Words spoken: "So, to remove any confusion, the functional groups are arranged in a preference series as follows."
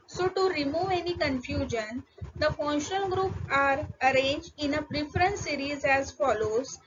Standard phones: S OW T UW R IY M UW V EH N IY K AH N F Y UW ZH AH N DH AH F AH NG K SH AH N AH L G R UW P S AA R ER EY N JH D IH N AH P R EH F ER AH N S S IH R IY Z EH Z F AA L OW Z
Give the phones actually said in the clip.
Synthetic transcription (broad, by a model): S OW T UW R IY M UW V EH N IY K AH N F Y UW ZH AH N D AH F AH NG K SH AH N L G R UW P AA R ER EY N JH D IH N AH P R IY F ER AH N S S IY R IY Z EH Z F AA L OW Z